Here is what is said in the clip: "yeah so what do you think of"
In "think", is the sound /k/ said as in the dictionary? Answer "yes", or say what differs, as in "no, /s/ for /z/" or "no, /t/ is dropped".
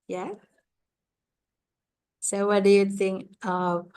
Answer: yes